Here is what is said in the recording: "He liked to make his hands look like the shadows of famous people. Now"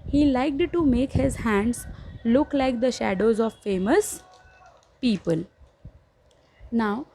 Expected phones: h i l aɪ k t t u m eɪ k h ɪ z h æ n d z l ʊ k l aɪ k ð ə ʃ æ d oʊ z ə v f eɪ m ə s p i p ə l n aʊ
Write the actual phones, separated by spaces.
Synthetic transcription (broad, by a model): h i l aɪ k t t u m eɪ k h ɪ z h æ n d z l ʊ k l aɪ k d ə ʃ æ d oʊ z ə v f eɪ m ə s p i p ə l n aʊ